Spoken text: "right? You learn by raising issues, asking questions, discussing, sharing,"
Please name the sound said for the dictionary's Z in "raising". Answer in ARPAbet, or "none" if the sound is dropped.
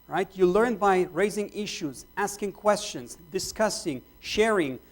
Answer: Z